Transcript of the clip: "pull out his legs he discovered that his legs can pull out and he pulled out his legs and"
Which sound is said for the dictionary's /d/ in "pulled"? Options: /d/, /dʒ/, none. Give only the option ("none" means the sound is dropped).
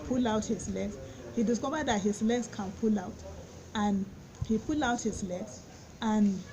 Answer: none